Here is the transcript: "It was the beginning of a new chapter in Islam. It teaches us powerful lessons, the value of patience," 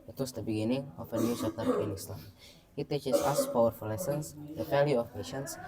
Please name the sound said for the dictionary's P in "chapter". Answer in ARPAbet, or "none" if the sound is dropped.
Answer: none